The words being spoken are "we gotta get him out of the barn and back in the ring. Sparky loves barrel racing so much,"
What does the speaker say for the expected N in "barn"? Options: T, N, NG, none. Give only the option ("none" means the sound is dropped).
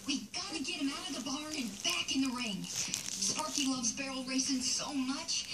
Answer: none